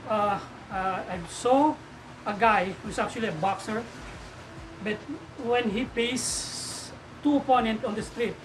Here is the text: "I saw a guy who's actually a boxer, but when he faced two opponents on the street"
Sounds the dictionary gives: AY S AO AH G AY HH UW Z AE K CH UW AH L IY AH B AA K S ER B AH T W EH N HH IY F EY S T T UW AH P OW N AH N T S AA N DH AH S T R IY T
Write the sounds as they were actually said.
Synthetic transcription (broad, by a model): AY S AO AH G AY HH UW S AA K CH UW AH L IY AH B AA K S ER B AH T W EH N HH IY P EY S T T UW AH P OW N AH N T AA N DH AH S T R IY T